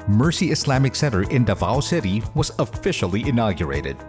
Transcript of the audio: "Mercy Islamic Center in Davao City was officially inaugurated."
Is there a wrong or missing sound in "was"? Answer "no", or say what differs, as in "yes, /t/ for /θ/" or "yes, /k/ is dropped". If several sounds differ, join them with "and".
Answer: no